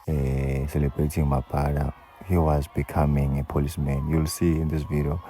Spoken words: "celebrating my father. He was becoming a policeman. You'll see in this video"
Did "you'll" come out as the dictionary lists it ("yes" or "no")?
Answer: yes